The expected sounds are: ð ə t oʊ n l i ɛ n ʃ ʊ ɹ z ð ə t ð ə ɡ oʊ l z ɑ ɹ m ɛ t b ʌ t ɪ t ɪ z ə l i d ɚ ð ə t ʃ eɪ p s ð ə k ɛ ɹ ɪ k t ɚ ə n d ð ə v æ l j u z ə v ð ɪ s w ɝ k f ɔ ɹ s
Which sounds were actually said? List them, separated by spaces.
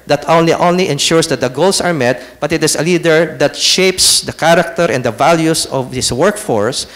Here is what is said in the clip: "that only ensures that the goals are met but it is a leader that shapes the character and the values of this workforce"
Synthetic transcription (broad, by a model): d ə t oʊ n l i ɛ n ʃ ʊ ɹ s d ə t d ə ɡ oʊ l s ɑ ɹ m ɛ t b ʌ t ɪ t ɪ s ə l i d ɚ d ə t ʃ eɪ p s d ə k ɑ ɹ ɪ k t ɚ ə n d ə v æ l j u s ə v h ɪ s w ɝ k f ɔ ɹ s